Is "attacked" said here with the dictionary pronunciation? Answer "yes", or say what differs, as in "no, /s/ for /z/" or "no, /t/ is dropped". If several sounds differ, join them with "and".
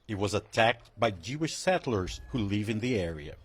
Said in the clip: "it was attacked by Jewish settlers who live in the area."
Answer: yes